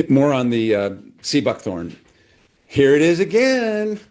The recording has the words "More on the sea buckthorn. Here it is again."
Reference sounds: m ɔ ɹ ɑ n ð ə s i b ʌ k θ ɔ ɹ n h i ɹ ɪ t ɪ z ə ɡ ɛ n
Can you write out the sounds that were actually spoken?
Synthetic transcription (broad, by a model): m ɔ ɹ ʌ n ð ə s i b ʌ k θ ɔ ɹ n h i ɹ ɪ t ɪ z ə ɡ ɛ n